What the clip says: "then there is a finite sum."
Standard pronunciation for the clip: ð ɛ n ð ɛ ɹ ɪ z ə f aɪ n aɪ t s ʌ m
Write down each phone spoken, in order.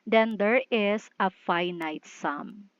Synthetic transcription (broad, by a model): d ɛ n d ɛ ɹ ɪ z ə f aɪ n aɪ t s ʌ m